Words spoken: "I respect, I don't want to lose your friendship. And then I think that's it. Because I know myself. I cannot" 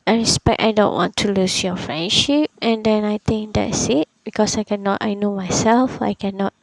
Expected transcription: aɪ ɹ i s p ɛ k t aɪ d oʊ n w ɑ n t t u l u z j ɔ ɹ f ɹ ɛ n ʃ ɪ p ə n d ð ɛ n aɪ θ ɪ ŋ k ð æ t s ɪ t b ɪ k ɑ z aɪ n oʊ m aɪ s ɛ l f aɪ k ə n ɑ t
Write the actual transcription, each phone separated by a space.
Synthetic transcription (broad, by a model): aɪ ɹ i s p ɛ k t aɪ d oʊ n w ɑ n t t u l u s j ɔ f ɹ ɛ n ʃ ɪ p ə n d ɛ n aɪ t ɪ ŋ k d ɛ t s ɪ t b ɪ k ɑ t aɪ n oʊ m aɪ s ɛ l f aɪ k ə n ɑ t